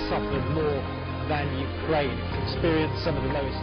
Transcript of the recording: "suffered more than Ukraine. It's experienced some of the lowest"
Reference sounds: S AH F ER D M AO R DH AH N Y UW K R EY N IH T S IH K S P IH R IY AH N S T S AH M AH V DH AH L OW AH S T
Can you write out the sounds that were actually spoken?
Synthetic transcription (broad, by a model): S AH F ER D M AO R DH AH N Y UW K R EY IH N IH K S P IH R IY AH N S S AH M AH V DH AH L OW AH S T